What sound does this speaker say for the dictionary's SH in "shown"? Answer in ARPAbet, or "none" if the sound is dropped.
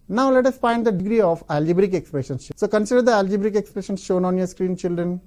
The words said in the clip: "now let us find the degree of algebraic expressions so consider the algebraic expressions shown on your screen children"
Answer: SH